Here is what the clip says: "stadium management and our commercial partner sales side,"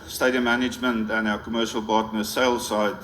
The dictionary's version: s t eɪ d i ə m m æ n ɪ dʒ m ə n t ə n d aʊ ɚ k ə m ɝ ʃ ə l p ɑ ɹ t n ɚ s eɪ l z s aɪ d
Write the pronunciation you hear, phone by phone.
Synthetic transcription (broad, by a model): s t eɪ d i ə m m æ n ɪ dʒ m ə n t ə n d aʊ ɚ k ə m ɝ ʃ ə l b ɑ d n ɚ s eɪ l s aɪ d